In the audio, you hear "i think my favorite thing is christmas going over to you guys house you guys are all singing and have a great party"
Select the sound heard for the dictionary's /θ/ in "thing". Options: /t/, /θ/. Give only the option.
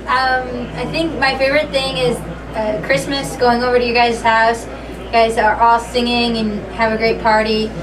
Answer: /θ/